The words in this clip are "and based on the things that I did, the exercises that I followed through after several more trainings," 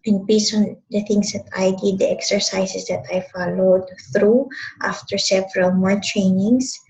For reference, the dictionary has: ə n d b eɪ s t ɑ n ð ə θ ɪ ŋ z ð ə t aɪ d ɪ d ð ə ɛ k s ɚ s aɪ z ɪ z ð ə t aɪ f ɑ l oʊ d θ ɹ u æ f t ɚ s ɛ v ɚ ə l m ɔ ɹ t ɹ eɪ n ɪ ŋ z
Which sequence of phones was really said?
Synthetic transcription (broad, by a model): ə n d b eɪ s ɑ n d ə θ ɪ ŋ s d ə t aɪ d ɪ d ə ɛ k s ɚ s aɪ s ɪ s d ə t aɪ f ɑ l oʊ d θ ɹ u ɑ f t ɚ s ɛ v ɚ ə l m ɔ ɹ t ɹ eɪ n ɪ ŋ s